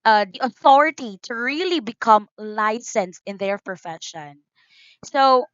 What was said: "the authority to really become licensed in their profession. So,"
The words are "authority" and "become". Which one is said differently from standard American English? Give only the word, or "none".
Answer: none